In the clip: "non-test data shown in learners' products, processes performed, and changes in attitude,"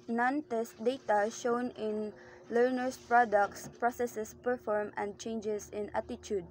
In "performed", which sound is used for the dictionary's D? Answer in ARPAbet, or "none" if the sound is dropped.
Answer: none